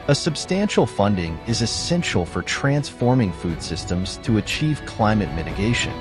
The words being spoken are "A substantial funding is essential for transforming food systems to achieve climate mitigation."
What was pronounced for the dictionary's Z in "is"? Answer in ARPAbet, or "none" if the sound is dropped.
Z